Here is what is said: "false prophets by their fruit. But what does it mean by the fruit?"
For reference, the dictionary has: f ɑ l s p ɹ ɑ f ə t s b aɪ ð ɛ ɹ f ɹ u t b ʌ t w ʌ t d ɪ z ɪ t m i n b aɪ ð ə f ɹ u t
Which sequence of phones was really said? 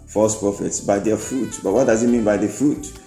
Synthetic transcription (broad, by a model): f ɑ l s p ɹ ɑ f ə t s b aɪ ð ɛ f ɹ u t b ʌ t w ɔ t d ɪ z ɪ t m i n b aɪ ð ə f ɹ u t